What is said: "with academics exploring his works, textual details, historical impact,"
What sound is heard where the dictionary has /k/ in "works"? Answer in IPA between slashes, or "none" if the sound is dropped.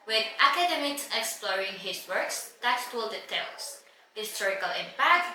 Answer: /k/